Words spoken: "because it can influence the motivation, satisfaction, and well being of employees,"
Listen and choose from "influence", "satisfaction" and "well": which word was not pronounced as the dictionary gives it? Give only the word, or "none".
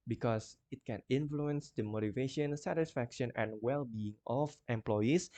none